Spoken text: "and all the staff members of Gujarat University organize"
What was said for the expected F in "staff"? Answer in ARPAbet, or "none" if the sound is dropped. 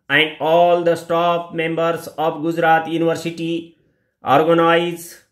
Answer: P